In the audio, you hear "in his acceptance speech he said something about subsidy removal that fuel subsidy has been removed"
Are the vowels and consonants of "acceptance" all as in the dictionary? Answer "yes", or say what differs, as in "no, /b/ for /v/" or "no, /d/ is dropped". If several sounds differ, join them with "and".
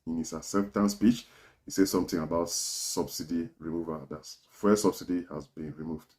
no, /k/ is dropped and /f/ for /p/